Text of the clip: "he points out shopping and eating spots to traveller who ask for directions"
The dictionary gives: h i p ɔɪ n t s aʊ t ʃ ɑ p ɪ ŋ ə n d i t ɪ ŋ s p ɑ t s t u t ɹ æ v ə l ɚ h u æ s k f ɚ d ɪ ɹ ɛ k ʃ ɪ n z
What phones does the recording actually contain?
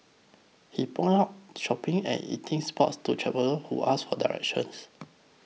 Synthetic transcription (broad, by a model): h i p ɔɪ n aʊ t ʃ ɑ p ɪ ŋ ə n i t ɪ ŋ s p ɑ t s t u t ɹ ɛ p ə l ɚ h u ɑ s f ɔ d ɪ ɹ ɛ k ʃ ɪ n s